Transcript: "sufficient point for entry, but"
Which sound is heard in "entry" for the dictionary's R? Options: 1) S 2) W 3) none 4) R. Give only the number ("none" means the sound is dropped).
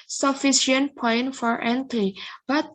3